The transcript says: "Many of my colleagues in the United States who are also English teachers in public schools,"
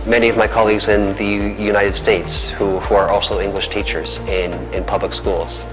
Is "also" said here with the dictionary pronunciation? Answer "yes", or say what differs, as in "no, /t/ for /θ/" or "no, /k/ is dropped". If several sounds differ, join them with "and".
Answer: yes